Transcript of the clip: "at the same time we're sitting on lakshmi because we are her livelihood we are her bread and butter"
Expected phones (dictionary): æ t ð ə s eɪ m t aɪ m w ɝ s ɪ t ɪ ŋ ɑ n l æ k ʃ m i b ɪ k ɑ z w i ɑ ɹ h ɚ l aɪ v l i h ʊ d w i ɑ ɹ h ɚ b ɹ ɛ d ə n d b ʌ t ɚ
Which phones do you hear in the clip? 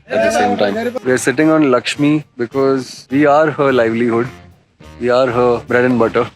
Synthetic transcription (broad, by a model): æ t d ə s eɪ m t aɪ m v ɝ s ɪ t ɪ ŋ ɑ n l æ k ʃ m i b ɪ k ɑ z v i ɑ ɹ h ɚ l aɪ v l i h ʊ d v i ɑ ɹ h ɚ b ɹ ɛ d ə n b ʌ t ɚ